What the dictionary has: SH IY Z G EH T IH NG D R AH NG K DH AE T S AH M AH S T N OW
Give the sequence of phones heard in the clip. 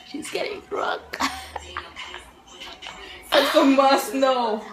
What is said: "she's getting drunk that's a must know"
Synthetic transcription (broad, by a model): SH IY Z G EH T IH NG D R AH K AH M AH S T N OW